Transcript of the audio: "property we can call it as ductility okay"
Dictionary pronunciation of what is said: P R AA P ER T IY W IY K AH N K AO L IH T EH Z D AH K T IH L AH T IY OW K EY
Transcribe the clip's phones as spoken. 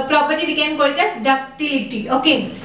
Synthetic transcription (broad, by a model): P R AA P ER T IY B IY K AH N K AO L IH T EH S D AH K T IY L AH T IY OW K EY